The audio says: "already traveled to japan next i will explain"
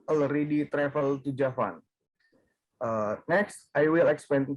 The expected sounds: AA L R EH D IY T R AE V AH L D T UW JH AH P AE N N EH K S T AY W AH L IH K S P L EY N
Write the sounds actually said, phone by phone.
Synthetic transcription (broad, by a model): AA L R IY D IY T R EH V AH L T UW JH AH F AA N N EH K S T AY W AH L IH K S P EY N